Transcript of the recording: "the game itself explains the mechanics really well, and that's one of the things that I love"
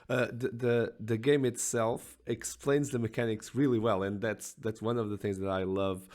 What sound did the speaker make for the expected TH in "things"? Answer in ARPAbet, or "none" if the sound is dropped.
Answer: TH